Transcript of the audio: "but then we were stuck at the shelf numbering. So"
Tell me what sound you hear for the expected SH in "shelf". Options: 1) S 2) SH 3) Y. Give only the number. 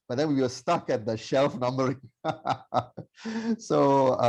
2